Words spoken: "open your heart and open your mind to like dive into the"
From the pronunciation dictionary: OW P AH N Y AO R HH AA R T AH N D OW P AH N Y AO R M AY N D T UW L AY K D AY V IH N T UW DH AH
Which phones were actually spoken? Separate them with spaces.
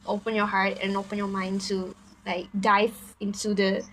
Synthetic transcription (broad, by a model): OW P AH N Y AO HH AA R T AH N OW P AH N Y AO M AY N D S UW L AY K D AY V IH N T UW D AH